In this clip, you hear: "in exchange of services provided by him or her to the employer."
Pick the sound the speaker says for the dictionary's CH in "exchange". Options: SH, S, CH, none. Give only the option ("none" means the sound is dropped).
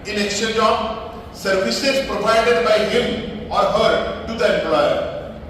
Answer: none